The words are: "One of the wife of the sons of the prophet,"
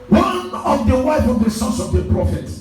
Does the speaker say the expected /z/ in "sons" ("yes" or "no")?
no